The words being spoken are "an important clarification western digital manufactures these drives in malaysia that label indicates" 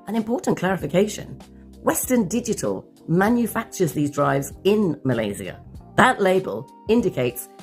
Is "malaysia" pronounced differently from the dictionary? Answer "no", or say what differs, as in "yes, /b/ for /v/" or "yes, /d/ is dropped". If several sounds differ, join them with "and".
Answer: yes, /z/ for /ʒ/